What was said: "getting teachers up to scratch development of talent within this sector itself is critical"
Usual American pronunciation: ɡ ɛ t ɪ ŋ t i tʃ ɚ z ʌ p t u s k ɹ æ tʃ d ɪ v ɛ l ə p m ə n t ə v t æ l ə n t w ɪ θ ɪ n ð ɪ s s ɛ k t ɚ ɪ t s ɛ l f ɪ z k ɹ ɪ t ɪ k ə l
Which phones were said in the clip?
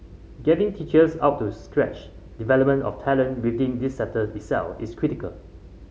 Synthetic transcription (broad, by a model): ɡ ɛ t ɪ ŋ t i tʃ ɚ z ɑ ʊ t u s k ɹ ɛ tʃ d ɪ v ɛ l ə p m ə n t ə f t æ l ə n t w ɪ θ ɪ n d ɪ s s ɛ t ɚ ɪ t s ɛ l f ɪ s k ɹ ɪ t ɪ k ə l